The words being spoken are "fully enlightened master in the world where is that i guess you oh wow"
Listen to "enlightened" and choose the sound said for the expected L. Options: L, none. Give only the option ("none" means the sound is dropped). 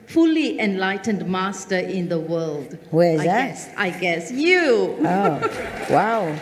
L